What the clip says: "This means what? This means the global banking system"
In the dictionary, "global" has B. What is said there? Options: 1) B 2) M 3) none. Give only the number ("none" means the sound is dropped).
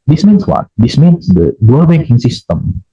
3